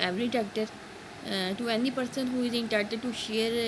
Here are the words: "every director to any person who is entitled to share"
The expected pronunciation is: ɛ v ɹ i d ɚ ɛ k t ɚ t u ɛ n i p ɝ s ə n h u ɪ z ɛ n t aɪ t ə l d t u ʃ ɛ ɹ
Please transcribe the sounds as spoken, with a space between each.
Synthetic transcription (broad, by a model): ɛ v ɹ i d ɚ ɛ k t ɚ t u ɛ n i p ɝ s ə n h u ɪ z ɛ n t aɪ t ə d t u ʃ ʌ ɹ